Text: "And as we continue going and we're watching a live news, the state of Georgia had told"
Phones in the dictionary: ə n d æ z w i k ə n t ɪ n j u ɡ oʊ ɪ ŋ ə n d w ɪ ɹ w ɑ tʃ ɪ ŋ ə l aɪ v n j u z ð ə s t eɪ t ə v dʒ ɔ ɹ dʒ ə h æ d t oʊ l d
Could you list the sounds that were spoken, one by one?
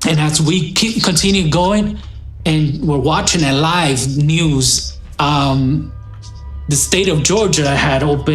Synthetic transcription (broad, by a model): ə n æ s w i k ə n t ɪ n j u ɡ oʊ ɪ ŋ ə n w ɪ ɹ w ɑ tʃ ɪ ŋ ə l aɪ v n j u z ð ə s t eɪ t ə v dʒ ɔ ɹ dʒ ə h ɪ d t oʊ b